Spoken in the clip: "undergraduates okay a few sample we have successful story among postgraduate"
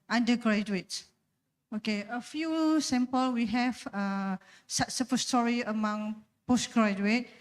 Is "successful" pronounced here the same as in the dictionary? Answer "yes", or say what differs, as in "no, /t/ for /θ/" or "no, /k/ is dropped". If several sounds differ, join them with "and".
no, /k/ is dropped